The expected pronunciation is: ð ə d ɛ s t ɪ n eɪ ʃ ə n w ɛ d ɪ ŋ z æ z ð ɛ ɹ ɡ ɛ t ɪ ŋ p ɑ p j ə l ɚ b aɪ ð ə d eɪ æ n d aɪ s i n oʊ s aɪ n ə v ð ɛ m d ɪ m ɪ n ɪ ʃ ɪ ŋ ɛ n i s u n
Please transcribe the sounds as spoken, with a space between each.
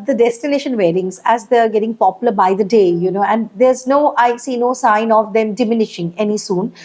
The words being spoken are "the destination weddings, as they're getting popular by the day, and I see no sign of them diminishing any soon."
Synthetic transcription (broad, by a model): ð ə d ɛ s t ɪ n eɪ ʃ ə n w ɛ d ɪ ŋ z æ z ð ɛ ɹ ɡ ɛ t ɪ ŋ p ɑ p j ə l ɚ b aɪ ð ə d eɪ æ n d aɪ s i n oʊ s aɪ n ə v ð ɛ m d ɪ m ɪ n ɪ ʃ ɪ ŋ ɛ n i s u n